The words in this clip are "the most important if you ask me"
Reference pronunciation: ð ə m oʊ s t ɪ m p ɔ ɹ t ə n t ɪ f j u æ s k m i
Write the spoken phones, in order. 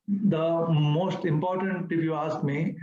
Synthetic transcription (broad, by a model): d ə m oʊ s t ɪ m p ɔ ɹ t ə n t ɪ p j u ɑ s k m i